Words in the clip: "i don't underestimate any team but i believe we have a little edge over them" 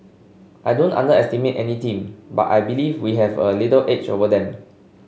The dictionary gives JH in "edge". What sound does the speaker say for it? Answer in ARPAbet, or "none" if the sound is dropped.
CH